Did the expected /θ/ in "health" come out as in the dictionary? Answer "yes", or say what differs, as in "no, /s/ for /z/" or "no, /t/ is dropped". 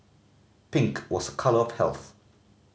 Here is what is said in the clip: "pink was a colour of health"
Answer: yes